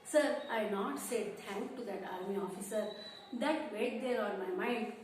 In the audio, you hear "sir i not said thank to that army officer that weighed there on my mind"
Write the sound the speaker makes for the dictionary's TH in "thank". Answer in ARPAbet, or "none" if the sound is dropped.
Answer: T